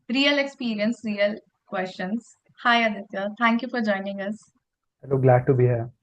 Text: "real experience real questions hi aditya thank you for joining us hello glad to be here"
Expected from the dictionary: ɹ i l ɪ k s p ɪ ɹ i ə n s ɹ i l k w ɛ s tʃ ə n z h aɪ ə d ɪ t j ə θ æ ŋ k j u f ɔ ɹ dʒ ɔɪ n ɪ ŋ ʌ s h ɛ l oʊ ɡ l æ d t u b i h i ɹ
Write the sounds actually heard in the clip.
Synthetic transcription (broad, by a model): ɹ i l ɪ k s p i ɹ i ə n s ɹ i l k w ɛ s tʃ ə n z h aɪ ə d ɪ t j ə t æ ŋ k j u f ɔ ɹ dʒ ɔɪ n ɪ ŋ ʌ s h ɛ l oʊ ɡ l æ d t u b i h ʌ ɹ